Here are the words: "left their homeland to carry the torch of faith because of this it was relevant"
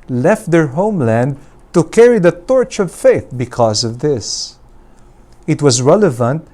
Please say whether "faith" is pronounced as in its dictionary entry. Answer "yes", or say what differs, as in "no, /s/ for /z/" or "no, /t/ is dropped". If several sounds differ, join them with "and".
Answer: yes